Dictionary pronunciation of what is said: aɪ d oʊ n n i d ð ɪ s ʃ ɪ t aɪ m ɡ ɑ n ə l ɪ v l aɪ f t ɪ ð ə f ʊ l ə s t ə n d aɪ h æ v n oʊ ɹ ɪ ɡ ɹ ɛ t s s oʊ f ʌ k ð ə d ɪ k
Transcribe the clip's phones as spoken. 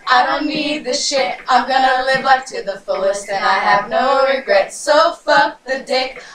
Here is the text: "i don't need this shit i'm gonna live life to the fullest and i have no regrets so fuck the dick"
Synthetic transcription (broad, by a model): aɪ d oʊ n n i d ð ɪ ʃ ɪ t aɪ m ɡ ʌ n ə l ɪ v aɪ p t ɪ ð ə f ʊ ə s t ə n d aɪ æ v n oʊ ɹ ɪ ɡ ɹ ɛ t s s oʊ f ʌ ð ə d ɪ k